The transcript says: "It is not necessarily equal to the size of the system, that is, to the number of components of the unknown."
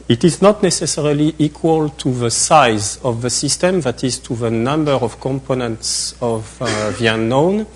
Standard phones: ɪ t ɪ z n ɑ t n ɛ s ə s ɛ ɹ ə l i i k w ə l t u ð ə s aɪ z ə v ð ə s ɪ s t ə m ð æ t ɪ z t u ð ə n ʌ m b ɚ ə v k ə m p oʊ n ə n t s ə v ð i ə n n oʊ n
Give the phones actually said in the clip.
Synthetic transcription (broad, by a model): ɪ t ɪ z n ɑ t n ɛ s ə s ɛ ɹ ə l i i k w ə l t u ð ə s aɪ z ə v ð ə s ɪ s t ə m ð æ t ɪ z t u ð ə n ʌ m b ɚ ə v k ə m p oʊ n ə n t s ə v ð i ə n n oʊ n